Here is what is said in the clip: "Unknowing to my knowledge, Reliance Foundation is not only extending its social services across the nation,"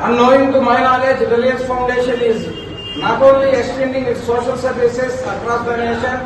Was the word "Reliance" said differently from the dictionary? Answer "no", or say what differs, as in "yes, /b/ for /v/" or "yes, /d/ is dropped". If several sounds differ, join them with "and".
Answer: yes, /n/ is dropped